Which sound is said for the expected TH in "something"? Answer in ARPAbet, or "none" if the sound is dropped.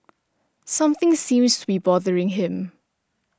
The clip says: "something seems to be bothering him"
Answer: TH